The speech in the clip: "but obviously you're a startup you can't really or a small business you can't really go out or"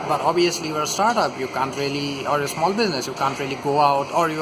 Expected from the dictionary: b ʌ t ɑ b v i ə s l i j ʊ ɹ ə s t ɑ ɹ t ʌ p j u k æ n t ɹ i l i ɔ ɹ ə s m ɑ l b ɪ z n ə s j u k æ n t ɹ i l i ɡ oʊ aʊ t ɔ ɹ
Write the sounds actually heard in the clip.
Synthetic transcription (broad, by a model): b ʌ t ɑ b i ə s l i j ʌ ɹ s t ɑ ɹ t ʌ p j u k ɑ n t ɹ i l i ɔ ɹ ə s m ɑ l b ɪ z n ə s j u k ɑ n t ɹ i l i ɡ oʊ aʊ t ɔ ɹ